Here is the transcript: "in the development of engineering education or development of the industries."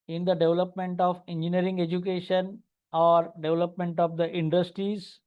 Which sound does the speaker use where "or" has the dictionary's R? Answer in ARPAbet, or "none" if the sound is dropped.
R